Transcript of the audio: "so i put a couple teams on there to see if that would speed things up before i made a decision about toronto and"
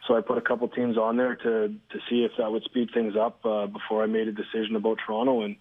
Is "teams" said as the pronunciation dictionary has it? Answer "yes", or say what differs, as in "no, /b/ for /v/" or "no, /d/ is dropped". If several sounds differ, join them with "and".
yes